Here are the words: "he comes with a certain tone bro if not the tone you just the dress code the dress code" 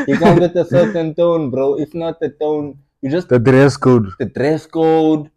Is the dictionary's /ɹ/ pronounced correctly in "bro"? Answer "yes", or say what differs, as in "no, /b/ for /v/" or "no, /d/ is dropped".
yes